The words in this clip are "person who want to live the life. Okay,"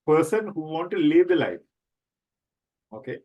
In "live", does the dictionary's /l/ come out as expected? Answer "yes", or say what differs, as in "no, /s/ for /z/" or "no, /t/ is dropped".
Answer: yes